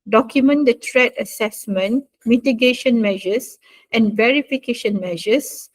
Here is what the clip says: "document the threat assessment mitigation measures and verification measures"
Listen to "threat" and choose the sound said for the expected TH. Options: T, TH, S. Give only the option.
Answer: T